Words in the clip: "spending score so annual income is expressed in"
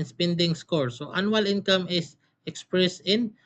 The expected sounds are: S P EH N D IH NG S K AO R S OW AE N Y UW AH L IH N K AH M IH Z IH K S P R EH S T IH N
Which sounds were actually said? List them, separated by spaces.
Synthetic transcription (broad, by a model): S P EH N D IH NG S K AO R S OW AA N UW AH L IH N K AH M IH S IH K S P R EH S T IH N